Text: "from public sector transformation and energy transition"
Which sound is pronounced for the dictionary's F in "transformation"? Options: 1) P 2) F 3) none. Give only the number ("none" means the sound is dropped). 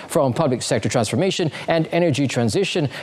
2